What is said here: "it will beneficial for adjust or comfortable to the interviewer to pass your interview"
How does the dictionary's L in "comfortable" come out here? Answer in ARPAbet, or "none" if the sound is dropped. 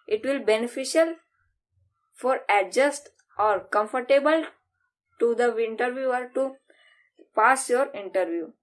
L